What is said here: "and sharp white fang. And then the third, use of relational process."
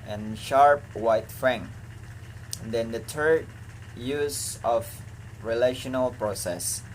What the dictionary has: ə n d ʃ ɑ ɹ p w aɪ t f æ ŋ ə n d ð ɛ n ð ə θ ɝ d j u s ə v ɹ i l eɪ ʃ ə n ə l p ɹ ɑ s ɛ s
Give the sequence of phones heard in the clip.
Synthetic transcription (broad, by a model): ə n ʃ ɑ ɹ p w aɪ t f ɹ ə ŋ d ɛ n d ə t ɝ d j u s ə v ɹ i l eɪ ʃ ə n ə l p ɹ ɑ s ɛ s